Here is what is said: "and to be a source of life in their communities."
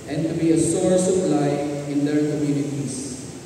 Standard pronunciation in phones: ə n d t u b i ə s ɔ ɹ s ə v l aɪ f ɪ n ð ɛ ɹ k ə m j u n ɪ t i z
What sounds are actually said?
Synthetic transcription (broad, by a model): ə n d t u b i ə s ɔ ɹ s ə p l aɪ ɪ n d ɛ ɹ k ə m j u n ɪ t i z